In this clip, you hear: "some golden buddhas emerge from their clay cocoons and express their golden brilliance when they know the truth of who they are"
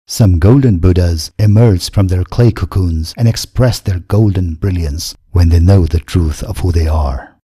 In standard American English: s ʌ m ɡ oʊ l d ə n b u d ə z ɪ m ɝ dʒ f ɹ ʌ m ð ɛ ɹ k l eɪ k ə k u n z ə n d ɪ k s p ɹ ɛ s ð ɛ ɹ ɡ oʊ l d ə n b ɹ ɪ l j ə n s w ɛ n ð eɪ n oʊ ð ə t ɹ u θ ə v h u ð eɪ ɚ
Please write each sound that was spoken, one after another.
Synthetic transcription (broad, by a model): s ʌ m ɡ oʊ l d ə n b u d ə z ɪ m ɝ dʒ f ɹ ʌ m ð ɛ ɹ k l eɪ k ə k u n z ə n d ɪ k s p ɹ ɛ s ð ɛ ɹ ɡ oʊ l d ə n b ɹ ɪ l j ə n s w ɛ n ð eɪ n oʊ ð ə t ɹ u θ ə v h u ð eɪ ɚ